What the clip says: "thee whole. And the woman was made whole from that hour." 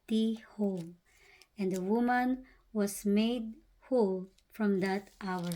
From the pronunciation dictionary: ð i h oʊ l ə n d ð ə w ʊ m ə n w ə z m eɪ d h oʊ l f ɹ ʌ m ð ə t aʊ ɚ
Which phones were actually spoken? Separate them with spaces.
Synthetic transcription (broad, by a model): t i h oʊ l ə n d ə w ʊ m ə n w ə s m eɪ d h oʊ l f ɹ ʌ m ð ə t aʊ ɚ